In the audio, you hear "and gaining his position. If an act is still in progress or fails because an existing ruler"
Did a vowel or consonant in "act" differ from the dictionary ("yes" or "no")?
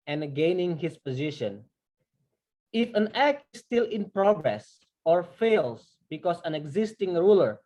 no